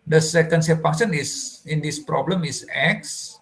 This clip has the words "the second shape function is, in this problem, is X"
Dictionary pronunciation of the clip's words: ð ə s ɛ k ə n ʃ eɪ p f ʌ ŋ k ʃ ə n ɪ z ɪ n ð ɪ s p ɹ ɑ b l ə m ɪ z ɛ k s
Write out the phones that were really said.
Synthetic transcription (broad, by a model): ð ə s ɛ k ə n s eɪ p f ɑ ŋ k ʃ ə n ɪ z ɪ n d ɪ s p ɹ ɑ b l ə m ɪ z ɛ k s